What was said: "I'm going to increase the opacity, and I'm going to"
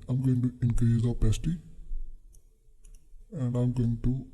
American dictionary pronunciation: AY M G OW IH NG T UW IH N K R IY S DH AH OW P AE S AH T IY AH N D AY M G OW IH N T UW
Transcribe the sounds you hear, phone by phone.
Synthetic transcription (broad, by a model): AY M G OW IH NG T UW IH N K IY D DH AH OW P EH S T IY AH N D AY M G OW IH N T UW